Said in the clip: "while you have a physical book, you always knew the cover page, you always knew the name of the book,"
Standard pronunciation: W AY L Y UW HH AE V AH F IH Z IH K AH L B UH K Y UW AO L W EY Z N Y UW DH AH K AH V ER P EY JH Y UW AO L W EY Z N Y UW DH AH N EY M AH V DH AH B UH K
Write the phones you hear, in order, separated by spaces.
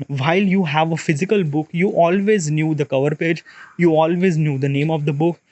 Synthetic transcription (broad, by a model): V AY L Y UW HH AE V AH F IH Z IH K AH L B UH K Y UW AO L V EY Z N Y UW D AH K AH V ER P EY JH Y UW AO L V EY Z N Y UW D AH N EY M AH V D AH B UH K